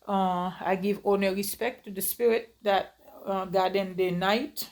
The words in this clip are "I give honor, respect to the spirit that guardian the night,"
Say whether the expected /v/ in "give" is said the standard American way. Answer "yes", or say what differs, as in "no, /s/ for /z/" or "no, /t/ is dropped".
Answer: yes